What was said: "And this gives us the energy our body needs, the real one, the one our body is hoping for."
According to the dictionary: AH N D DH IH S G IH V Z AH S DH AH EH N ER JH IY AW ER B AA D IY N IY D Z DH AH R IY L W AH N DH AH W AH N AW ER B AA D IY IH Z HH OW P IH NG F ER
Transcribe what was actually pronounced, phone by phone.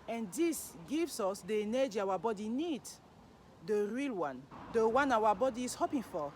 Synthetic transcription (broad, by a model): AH N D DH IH S G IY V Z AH S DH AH N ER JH AW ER B AA D IY N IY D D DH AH R IY L W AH N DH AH W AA N AW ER B AA D IY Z HH OW P IH NG F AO